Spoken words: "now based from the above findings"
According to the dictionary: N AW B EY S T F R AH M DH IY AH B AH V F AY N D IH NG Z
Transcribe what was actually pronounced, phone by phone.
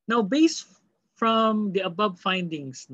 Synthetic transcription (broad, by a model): N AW B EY S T F R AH M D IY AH B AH B F AY N D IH NG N